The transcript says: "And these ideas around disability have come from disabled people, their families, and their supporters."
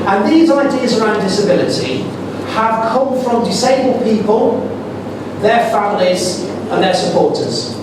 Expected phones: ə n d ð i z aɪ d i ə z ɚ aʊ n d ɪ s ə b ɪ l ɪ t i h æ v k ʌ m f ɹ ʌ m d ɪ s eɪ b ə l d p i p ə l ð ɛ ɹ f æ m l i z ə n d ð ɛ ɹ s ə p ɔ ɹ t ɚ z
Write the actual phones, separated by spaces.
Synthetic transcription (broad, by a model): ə n ð i z aɪ d i ə z ɚ aʊ n d ɪ s ə b ɪ l ɪ t i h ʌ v k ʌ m f ɹ ʌ m d ɪ s eɪ b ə l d p i p ə l ð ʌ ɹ f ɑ m l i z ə n ð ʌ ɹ s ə p ɔ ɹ t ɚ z